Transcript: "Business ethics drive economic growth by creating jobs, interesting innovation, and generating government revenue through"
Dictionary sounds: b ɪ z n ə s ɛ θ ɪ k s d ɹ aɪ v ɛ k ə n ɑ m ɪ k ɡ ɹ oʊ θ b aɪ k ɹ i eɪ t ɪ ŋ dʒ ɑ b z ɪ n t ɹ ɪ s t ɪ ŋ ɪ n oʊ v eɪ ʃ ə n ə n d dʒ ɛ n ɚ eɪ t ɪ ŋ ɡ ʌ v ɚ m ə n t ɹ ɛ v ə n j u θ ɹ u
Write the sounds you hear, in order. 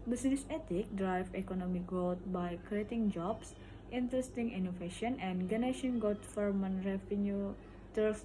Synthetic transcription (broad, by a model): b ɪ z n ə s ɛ t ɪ k d ɹ aɪ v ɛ k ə n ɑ m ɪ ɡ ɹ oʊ t b aɪ k ɹ i eɪ t ɪ ŋ dʒ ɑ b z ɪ n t ɹ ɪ s t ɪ ŋ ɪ n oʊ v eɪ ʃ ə n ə n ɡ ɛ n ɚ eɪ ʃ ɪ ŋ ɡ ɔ f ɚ m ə n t ɹ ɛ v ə n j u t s